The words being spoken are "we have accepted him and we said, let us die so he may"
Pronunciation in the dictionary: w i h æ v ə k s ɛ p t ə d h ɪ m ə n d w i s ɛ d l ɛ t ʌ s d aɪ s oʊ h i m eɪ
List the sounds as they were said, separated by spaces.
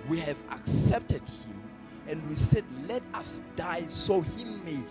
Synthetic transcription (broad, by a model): w i h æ v ə k s ɛ p t ə d h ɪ m ə n d w i s ɛ d l ɛ t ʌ s d aɪ s oʊ h i m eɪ